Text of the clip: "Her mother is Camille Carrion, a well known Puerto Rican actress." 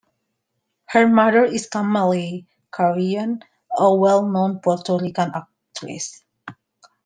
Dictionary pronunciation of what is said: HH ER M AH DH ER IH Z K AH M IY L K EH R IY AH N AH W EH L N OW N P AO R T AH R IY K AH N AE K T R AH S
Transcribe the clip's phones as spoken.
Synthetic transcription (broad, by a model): HH ER M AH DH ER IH S K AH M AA L K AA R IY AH N AH W EH L N OW N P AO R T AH R IY K AH N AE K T R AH S